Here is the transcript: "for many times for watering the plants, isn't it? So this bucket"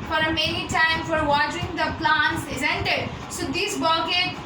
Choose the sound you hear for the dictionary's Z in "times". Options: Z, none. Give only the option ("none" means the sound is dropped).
none